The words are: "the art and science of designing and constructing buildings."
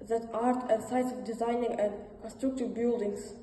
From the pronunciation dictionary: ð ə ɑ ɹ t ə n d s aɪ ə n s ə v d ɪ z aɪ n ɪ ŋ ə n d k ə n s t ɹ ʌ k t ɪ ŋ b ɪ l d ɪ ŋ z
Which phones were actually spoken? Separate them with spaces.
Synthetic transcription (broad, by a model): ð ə ɑ ɹ t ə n s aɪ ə s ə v d ɪ z aɪ n ɪ ŋ ə n d k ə n s t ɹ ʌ k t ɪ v b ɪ l d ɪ ŋ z